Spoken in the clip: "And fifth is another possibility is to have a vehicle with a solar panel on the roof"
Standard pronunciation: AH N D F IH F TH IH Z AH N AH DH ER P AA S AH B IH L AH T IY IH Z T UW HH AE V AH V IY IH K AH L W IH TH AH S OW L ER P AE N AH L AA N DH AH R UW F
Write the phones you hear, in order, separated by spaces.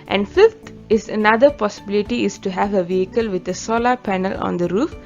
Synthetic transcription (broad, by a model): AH N D F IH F T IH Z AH N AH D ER P AA S AH B IH L AH T IY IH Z T UW HH AE V AH V IY IH K AH L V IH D AH S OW L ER P AE N AH L AA N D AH R UW F